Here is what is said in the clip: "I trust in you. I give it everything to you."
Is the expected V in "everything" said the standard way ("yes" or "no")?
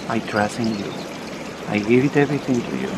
yes